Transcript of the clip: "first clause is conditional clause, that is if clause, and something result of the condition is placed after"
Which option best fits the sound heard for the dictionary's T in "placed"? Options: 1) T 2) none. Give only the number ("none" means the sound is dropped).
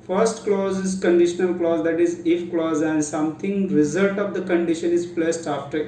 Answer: 1